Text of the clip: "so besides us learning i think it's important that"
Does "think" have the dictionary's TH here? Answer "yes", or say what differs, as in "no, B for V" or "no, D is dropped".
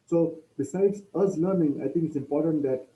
no, T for TH